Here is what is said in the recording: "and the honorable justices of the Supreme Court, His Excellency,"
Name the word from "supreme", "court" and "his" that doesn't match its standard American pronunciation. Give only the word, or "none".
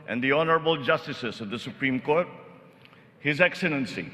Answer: none